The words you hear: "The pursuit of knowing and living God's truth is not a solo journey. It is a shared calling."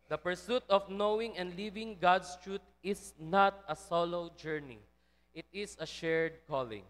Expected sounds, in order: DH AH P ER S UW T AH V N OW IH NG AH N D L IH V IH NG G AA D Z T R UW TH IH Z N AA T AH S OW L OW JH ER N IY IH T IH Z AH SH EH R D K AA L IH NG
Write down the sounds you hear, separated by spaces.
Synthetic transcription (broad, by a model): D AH P ER S UW T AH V N OW IH NG AH N D L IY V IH NG G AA D S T R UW T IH S N AA T AH S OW L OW JH ER N IY IH T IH S AH SH EH R D K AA L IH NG